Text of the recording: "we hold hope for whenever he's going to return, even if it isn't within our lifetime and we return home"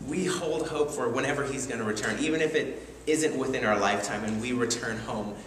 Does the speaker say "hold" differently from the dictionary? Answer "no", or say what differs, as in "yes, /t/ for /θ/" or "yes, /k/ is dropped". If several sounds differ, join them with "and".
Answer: no